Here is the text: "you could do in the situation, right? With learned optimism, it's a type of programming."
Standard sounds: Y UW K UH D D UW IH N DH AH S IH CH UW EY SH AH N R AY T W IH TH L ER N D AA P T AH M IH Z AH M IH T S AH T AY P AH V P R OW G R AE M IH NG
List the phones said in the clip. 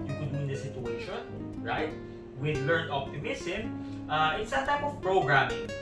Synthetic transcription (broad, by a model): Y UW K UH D D UW IH N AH S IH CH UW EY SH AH N R AY T W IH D L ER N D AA P T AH M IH S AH M IH T S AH T AY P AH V P R OW G R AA M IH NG